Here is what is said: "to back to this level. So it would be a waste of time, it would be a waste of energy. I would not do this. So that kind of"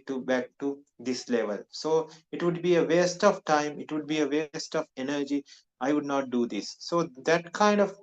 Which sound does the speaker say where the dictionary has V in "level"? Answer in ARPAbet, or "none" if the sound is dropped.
V